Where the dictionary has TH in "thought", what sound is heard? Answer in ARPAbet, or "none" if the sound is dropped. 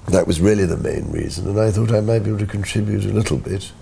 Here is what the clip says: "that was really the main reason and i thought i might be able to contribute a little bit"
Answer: TH